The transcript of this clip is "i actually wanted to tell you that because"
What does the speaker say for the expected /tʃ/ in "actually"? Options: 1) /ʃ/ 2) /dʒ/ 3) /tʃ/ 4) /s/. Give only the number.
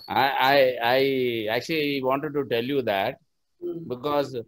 3